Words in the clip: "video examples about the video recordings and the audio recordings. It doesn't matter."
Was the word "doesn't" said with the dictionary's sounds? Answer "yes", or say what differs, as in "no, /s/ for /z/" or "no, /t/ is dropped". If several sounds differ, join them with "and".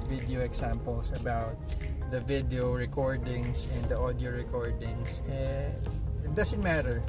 no, /s/ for /z/